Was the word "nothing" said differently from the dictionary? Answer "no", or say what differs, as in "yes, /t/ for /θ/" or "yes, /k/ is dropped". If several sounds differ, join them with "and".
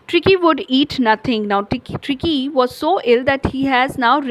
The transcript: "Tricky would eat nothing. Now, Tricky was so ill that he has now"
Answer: yes, /t/ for /θ/